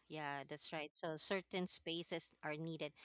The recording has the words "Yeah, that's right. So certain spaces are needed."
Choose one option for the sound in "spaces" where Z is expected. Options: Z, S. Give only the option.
S